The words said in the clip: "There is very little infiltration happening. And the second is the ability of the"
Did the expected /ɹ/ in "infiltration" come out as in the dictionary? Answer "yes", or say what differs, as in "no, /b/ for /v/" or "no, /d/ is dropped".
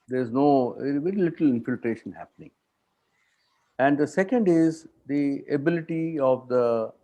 yes